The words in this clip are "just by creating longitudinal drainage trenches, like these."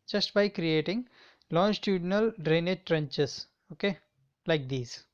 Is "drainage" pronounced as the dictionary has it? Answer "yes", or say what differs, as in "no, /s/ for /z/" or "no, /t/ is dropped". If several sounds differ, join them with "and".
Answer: yes